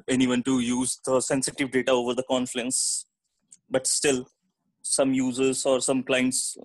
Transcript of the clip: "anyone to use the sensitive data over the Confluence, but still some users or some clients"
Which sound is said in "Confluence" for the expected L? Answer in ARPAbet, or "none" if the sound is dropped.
none